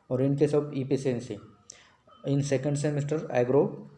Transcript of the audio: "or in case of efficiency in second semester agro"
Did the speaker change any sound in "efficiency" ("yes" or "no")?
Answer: yes